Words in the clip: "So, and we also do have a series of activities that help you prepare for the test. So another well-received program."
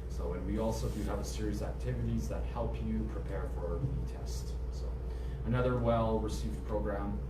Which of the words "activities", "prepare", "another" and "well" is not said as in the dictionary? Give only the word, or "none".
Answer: none